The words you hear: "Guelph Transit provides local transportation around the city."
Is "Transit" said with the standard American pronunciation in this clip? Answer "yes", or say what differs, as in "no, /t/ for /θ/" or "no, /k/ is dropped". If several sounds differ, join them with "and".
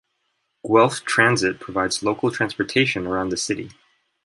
yes